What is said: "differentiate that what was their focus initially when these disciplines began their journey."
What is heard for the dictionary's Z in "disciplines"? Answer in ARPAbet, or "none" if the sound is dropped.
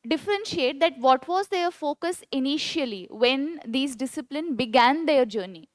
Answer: none